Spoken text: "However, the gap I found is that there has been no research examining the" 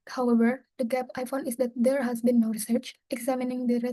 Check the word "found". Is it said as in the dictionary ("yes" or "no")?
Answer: no